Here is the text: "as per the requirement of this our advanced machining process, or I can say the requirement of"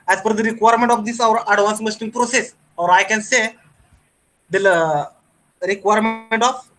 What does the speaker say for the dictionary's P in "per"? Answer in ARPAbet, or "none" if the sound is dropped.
F